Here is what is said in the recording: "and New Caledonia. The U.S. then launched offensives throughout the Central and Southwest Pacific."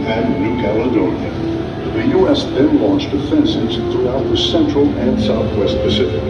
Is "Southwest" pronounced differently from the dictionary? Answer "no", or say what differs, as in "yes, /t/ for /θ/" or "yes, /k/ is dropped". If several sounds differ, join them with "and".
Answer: no